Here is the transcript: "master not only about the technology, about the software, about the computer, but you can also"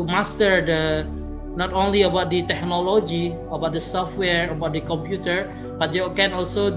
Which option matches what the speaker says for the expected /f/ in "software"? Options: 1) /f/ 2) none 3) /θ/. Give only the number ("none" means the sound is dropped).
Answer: 1